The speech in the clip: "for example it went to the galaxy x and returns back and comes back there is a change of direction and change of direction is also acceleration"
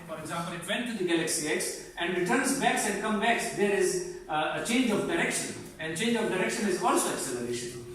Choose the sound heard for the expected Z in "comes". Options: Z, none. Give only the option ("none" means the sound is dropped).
none